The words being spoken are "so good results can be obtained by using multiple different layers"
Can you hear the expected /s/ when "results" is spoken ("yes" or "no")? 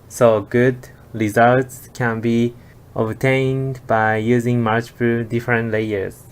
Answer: yes